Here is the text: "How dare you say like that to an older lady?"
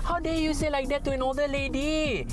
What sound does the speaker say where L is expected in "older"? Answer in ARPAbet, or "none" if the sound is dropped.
none